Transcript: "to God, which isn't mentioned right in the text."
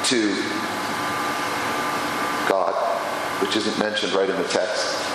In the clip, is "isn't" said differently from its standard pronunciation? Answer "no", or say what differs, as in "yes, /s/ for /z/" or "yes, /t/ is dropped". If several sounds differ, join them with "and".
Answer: no